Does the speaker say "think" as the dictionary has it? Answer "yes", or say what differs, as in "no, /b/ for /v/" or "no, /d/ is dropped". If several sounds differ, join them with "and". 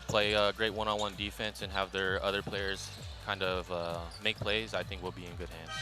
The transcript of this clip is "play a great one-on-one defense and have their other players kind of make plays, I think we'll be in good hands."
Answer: yes